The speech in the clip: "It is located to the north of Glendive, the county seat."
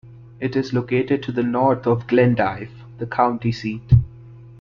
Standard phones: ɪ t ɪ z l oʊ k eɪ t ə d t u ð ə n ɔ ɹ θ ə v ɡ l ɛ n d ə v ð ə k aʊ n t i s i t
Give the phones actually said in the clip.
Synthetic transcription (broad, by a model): ɪ t ɪ z l oʊ k eɪ t ə d t u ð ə n ɔ ɹ t ə v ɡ l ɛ n d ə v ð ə k aʊ n t i s i t